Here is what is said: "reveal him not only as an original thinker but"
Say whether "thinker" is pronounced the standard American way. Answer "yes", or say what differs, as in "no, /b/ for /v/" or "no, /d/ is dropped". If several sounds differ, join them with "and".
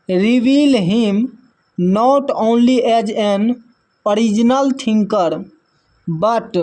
no, /t/ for /θ/